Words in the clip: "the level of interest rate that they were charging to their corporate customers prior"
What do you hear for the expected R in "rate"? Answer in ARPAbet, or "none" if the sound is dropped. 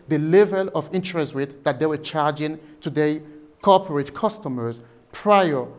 W